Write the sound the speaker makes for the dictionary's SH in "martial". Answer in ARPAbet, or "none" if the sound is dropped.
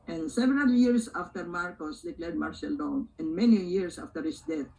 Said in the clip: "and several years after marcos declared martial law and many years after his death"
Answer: S